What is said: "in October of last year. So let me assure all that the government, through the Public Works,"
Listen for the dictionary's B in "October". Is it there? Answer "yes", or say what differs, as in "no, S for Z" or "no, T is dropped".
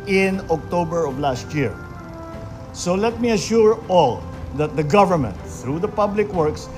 yes